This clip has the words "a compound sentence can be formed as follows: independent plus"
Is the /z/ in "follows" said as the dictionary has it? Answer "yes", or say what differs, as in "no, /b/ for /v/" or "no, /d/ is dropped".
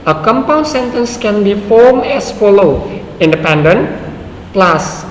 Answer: no, /z/ is dropped